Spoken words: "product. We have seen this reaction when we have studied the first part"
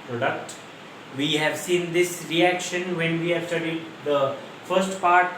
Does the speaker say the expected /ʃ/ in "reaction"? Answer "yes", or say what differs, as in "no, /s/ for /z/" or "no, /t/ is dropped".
yes